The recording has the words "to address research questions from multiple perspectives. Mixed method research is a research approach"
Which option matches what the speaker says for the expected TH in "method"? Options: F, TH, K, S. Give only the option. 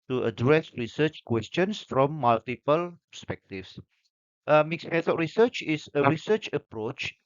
S